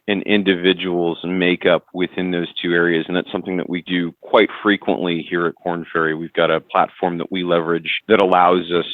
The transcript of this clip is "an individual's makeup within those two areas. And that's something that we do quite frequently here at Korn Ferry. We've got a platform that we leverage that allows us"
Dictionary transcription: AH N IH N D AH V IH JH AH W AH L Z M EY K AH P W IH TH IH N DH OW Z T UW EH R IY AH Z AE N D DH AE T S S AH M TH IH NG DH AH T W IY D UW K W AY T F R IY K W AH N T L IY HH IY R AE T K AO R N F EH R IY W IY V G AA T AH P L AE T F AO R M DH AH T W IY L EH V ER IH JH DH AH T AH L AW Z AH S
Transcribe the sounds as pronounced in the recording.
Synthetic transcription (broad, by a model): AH N IH N D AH V IH JH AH W L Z M EY K AH P W IH TH IH N DH OW Z T UW EH R IY AH Z N DH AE T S S AH M TH IH NG DH AH T W IY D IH K W AY T F R IY K W AH N T L IY HH IY R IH T K AO R N F EH R IY W IY V G AA T AH P L AE T F AO R M DH AH T W IY L EH V ER IH JH DH AH T AH L AW Z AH S